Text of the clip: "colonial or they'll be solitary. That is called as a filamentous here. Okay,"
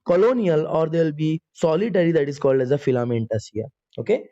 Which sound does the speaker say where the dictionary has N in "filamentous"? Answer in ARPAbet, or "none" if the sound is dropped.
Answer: N